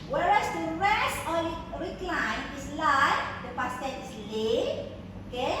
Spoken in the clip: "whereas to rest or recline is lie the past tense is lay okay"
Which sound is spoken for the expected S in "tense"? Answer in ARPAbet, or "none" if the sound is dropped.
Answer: none